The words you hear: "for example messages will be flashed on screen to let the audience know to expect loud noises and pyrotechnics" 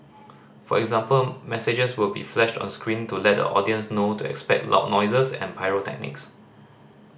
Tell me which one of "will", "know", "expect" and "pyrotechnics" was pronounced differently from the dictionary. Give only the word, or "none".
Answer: none